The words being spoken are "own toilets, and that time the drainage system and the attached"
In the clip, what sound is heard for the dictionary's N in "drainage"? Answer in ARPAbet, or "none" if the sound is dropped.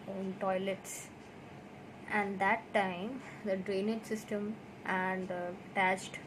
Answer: N